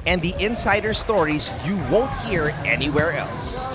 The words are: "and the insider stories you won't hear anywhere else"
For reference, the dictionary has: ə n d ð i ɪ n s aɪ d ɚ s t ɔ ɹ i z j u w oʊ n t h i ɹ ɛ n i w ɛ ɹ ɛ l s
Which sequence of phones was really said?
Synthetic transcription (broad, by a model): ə n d ð i ɪ n s aɪ d ɚ s t ɔ ɹ i z j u w oʊ n t h i ɹ ɛ n i w ɛ ɹ ɛ l s